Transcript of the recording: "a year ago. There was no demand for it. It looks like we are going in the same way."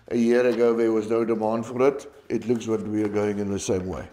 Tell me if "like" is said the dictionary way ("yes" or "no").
no